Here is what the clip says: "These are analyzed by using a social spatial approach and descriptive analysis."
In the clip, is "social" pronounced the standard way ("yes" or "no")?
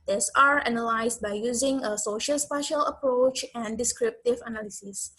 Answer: yes